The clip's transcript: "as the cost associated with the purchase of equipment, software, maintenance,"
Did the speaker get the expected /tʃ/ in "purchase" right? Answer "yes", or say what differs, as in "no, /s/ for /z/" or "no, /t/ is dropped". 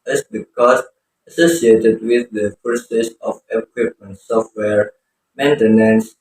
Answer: no, /s/ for /tʃ/